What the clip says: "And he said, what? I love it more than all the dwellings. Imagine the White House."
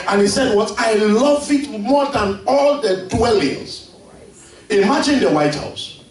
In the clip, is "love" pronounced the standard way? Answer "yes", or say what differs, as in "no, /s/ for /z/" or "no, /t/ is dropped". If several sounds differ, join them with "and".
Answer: yes